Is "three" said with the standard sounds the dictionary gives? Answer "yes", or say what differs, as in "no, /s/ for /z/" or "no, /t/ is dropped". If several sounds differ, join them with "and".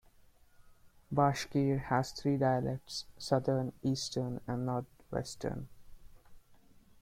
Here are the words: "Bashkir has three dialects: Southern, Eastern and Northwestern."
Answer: no, /t/ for /θ/